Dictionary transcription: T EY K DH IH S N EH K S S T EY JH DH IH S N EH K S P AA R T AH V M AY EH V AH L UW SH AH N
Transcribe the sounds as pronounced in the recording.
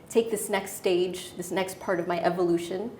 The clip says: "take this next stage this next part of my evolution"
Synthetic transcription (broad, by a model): T EY K DH IH S N EH K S S T EY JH DH IH S N EH K S P AA R T AH V M AY EH V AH L UW SH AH N